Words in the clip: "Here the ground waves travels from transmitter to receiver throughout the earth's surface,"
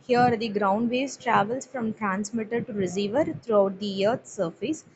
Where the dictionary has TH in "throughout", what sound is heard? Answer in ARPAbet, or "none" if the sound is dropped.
T